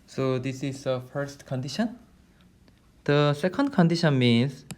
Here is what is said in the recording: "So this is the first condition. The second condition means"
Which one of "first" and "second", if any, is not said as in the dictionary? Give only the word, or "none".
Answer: none